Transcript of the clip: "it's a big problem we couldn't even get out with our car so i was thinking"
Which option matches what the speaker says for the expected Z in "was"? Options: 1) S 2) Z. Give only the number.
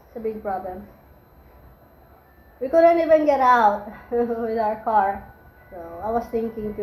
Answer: 1